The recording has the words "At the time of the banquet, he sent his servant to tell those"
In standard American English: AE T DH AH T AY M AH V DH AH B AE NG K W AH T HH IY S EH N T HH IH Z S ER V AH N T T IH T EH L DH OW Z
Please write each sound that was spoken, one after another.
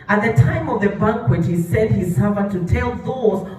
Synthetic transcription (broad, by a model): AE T DH AH T AY M AH V DH AH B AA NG K W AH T HH IY S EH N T HH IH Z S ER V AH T T IH T EH L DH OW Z